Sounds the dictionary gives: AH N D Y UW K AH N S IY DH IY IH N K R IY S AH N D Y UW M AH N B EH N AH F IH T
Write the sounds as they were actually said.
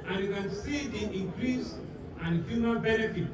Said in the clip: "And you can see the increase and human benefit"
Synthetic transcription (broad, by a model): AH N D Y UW K AH N S IY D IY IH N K R IY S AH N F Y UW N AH L B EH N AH F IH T